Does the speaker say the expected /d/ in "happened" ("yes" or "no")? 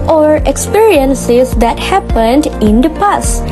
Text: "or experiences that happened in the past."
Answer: yes